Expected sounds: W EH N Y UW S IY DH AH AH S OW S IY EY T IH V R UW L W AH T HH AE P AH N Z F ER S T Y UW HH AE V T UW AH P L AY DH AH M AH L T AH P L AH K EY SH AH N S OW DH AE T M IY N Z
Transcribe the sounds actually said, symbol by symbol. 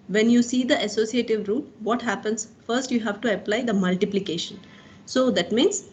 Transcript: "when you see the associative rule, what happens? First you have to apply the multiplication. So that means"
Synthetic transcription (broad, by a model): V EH N Y UW S IY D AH AH S OW S IY EY T IH V R UW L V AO T HH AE P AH N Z F ER S T Y UW HH AE V T UW AH P L AY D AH M AH L T AH P L AH K EY SH AH N S OW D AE T M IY N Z